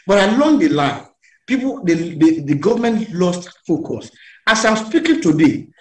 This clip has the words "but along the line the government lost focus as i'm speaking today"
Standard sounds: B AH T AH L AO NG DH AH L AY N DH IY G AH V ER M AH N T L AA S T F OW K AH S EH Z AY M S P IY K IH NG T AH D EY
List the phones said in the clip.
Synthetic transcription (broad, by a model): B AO T AH L AO NG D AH L AY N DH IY G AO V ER M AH N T L AA S T F OW K AH S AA S AY M S P IY K IH NG T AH D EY